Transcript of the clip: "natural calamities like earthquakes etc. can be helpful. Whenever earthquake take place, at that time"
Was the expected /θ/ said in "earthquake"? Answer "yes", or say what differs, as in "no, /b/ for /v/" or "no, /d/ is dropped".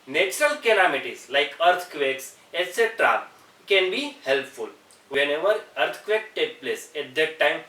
no, /t/ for /θ/